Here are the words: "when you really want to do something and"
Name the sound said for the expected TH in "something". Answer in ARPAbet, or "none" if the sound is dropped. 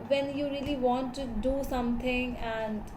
T